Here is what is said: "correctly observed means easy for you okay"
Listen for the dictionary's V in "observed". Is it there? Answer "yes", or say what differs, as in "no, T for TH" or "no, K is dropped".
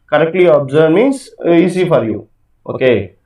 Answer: no, V is dropped